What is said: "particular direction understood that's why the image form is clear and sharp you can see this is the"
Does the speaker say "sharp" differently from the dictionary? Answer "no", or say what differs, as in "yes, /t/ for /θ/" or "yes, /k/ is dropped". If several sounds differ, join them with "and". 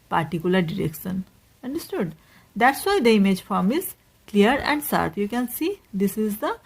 yes, /s/ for /ʃ/